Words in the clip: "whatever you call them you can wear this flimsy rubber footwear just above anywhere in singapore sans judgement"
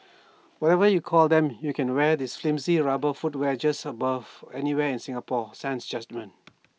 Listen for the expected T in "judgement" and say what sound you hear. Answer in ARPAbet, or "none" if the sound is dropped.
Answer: none